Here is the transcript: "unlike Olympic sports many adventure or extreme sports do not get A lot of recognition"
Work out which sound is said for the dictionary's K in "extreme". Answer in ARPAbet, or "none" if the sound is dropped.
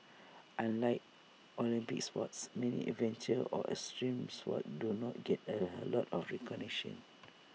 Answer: none